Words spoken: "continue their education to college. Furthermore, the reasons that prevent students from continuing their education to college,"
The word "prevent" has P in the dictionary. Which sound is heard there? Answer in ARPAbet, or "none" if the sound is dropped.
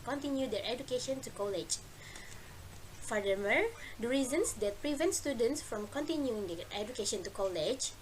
P